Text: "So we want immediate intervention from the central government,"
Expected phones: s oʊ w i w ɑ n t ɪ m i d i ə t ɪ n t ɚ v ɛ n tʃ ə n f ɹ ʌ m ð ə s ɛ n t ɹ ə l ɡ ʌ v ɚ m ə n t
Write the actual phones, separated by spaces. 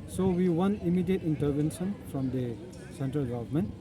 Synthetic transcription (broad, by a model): s oʊ w i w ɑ n ɪ m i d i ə t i n t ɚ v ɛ n s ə n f ɹ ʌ m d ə s ɛ n t ɹ ə l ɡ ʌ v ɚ m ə n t